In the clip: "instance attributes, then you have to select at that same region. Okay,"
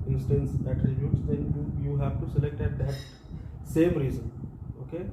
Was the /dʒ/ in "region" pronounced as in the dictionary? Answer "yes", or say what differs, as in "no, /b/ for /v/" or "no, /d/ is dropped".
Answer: no, /z/ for /dʒ/